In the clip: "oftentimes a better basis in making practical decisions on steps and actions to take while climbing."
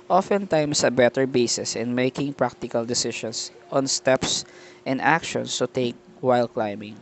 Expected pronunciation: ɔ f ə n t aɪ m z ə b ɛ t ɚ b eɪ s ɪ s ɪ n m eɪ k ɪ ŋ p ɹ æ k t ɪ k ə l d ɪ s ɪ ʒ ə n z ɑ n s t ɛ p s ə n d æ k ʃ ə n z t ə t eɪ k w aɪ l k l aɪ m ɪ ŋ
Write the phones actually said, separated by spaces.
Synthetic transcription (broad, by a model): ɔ f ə n t aɪ m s ə b ɛ t ɚ b eɪ s ɪ s ɪ n m eɪ k ɪ ŋ p ɹ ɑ k t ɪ k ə l d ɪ s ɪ ʃ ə n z ɑ n s t ɛ p s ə n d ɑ k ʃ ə n s t ə t eɪ k w aɪ l k l aɪ m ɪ ŋ